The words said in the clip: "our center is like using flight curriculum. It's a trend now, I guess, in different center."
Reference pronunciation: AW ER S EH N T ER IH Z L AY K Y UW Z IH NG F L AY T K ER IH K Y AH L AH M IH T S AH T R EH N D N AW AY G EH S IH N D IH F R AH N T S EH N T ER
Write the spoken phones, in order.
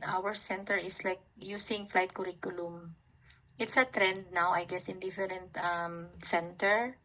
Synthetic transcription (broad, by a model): AW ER S EH N T ER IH S L AY K Y UW S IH NG F L AY T K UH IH K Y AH L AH M IH T S AH T R EH N D N AW AY G EH S IH N D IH F R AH N T S EH N T ER